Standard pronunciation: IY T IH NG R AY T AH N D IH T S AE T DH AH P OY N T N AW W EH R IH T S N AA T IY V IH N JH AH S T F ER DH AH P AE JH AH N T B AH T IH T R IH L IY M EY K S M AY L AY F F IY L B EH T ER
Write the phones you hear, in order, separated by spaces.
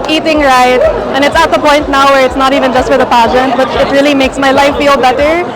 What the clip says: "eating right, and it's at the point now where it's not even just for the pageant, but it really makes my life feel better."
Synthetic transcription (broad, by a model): IY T IH NG R AY T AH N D IH T S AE T DH AH P OY N T N AW W EH R IH T S N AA T IY V IH N JH AH S T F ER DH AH P AE JH AH N T B AH T IH T R IH L IY M EY K S M AY L AY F F IY L B EH T ER